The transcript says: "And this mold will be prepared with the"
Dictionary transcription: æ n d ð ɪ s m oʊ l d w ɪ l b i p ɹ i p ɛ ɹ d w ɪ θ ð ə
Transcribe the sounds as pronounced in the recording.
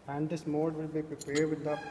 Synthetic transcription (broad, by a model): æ n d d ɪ s m oʊ d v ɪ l b i p ɹ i p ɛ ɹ d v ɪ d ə